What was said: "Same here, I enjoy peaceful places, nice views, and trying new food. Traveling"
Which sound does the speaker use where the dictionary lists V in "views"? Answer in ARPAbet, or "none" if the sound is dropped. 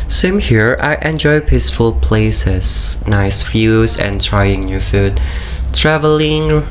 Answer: F